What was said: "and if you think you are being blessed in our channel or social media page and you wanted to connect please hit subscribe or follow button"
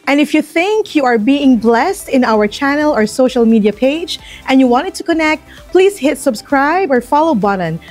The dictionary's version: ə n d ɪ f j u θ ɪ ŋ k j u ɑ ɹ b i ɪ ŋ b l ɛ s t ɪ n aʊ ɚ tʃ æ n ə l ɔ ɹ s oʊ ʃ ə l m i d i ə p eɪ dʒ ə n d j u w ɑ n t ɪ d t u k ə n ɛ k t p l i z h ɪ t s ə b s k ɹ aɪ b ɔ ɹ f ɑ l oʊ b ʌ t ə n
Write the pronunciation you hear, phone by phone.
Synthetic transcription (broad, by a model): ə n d ɪ f j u θ ɪ ŋ k j u ɑ ɹ b i ɪ ŋ b l ɛ s t ɪ n aʊ ɚ tʃ æ n ə l ɔ ɹ s oʊ ʃ ə l m i d i ə p eɪ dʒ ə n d j u w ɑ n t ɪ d t u k ə n ɛ k t p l i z h ɪ t s ə b s k ɹ aɪ b ɔ ɹ f ɑ l oʊ b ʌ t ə n